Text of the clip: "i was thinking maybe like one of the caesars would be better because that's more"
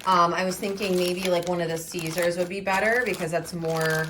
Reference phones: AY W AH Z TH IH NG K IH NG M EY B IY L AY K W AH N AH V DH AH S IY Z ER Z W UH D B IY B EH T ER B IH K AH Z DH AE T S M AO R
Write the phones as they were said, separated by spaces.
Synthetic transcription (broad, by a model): AY W AH Z TH IH NG K IH NG M EY B IY L AY K W AH N AH V DH AH S IY Z ER Z W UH D B IY B EH T ER B IH K AH Z DH AE T S M AO R